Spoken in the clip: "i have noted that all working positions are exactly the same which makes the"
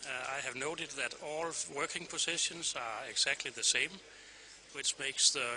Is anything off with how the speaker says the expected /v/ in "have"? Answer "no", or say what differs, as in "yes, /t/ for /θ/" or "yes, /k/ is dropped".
no